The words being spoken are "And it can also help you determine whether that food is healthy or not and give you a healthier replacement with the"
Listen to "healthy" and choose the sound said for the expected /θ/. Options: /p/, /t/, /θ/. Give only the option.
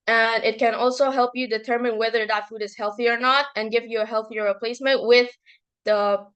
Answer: /θ/